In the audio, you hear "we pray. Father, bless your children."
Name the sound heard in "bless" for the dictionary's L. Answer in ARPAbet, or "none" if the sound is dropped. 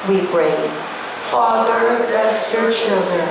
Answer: none